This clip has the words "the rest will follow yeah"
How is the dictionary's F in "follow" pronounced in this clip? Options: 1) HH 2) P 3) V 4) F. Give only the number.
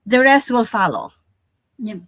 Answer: 4